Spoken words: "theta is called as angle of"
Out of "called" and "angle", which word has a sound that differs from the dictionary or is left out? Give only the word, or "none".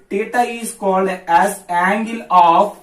none